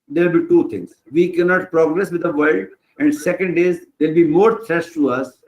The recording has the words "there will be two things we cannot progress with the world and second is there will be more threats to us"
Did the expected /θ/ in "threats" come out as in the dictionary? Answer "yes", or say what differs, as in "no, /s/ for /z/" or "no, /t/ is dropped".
no, /t/ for /θ/